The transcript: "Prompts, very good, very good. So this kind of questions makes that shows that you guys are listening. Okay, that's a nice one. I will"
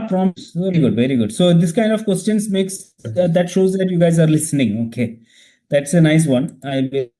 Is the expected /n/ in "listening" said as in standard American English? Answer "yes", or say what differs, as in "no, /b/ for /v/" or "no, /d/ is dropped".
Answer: yes